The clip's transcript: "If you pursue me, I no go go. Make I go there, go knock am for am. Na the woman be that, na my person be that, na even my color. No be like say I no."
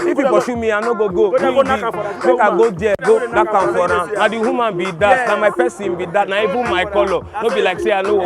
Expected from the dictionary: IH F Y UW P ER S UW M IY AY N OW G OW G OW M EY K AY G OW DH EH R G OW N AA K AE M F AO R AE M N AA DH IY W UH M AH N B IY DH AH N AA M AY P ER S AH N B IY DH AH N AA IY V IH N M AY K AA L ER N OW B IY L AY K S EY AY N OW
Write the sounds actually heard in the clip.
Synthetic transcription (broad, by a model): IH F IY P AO SH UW M IY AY N OW G OW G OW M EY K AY G OW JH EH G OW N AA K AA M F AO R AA N AA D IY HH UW M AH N B IY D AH N AA M AY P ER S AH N B IY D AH N AA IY B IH M AY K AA L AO N OW B IY L AY K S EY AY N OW